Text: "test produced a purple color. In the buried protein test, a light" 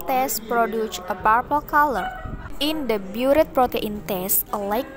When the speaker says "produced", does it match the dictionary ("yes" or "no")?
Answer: no